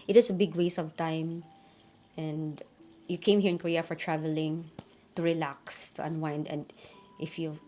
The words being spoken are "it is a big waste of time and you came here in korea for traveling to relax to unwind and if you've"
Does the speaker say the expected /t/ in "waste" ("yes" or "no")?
no